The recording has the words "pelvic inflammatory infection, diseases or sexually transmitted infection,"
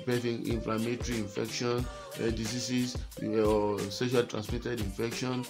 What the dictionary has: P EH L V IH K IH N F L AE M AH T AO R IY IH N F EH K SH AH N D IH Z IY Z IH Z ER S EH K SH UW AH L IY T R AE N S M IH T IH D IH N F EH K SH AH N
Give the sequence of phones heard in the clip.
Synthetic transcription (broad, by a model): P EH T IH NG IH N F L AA M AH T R IY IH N F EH K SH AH N D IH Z IY S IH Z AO S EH SH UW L T R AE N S M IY T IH D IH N F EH K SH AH N